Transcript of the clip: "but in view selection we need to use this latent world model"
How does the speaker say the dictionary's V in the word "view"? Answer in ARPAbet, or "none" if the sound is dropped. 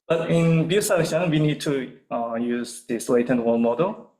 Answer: B